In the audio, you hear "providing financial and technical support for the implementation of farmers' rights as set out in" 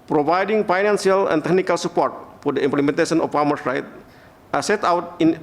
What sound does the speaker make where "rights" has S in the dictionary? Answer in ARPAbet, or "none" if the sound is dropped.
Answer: none